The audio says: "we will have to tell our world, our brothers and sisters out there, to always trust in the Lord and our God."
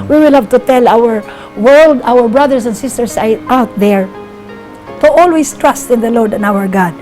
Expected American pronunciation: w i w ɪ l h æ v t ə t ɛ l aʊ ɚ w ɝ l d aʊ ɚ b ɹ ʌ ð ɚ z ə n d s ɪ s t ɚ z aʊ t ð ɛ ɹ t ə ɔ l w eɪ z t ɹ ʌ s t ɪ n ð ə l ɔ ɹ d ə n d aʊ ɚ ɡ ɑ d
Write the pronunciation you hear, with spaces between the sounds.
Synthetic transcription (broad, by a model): w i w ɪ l h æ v t ə t ɛ l aʊ ɚ w ɝ l d aʊ ɚ b ɹ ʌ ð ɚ s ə n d s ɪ s t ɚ s aʊ t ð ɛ ɹ t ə ɔ l w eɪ s t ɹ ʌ s t ɪ n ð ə l ɔ ɹ d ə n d aʊ ɚ ɡ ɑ d